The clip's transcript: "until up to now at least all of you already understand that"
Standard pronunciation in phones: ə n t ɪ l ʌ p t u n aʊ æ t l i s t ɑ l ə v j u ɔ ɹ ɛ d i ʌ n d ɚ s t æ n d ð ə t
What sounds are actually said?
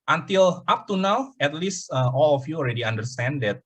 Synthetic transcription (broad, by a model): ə n t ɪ l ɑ p t u n aʊ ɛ t l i s t ɑ l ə f j u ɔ l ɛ d i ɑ n d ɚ s t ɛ n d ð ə t